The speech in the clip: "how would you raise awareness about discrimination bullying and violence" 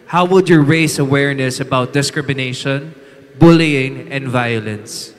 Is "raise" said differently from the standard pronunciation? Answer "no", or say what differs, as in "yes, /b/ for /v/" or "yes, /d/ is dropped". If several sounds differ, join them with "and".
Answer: yes, /s/ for /z/